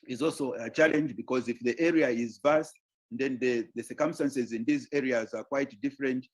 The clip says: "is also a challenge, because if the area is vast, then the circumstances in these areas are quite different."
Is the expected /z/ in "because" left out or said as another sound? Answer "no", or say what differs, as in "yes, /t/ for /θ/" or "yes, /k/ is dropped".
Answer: no